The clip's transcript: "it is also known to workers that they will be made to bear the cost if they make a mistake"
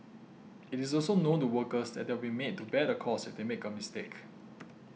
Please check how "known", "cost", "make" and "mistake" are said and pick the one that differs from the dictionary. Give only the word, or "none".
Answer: cost